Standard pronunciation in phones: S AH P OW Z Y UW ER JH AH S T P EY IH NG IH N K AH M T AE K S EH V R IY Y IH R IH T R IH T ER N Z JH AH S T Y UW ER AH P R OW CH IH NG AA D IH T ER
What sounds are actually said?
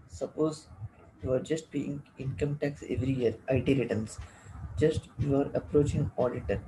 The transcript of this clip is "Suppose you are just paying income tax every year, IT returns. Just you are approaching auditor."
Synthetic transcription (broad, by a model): S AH P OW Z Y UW ER JH AH S T B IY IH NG IH N K AH M T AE K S EH V R IY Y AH R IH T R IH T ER N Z JH AH S T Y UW ER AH P R OW CH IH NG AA D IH T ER